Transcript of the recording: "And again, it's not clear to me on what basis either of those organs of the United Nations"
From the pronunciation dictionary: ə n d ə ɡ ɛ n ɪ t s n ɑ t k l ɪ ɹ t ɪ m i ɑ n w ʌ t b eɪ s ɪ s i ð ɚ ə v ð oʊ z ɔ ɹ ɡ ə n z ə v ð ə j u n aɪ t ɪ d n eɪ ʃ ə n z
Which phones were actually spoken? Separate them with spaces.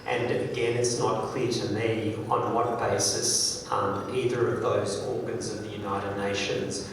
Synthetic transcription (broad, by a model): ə n ə ɡ ɛ n ɪ t s n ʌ t k l ɪ ɹ t ɪ m i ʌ n w ʌ t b eɪ s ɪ s i ð ɚ ə v ð oʊ z ɔ ɹ ɡ ə n z ə v ð ə j u n aɪ t ɪ d n eɪ ʃ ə n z